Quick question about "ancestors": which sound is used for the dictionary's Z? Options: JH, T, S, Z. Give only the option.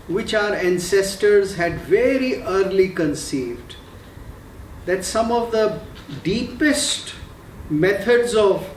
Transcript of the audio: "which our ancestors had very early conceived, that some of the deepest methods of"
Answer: Z